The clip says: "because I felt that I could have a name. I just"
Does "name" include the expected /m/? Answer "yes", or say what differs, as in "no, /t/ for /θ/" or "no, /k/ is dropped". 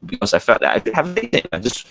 no, /m/ is dropped